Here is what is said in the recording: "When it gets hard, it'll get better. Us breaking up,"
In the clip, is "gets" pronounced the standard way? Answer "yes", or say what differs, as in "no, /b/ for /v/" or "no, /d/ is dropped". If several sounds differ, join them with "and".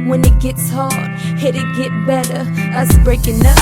yes